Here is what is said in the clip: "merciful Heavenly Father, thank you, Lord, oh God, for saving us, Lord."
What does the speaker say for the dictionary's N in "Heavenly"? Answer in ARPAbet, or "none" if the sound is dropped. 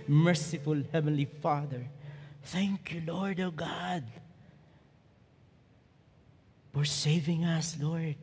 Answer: N